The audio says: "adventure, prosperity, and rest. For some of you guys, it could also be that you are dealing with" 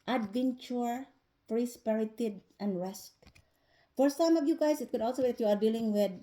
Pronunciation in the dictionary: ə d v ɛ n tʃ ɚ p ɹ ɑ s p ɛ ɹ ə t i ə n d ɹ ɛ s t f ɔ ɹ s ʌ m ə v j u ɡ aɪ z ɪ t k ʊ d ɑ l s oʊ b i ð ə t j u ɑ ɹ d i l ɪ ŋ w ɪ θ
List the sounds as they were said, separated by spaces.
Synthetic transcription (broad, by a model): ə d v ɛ n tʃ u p ɹ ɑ s p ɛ ɹ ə t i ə n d ɹ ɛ s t f ɔ ɹ s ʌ m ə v j u ɡ aɪ s ɪ t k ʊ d ɑ l s oʊ b i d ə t j u ɑ ɹ d i l ɪ ŋ w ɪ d